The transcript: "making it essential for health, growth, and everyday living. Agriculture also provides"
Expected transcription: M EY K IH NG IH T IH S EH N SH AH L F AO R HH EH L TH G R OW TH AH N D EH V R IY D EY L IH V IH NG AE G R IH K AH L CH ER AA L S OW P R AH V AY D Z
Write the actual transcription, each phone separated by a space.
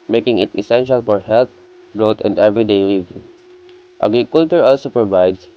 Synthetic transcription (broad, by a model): M EY K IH NG IH T IH S EH N SH AH L F AO R HH EH L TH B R OW T AH N D EH V R IY D EY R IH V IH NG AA G R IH K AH L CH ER AA L S OW P R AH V AY D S